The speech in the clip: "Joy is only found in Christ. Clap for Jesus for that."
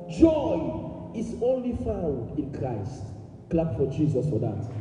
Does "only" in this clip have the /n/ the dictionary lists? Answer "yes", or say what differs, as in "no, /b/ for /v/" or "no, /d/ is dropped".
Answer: yes